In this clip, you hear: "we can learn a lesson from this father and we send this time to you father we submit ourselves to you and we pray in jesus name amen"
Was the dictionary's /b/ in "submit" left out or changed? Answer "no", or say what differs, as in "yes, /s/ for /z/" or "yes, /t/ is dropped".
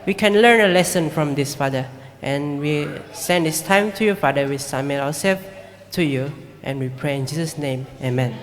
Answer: yes, /b/ is dropped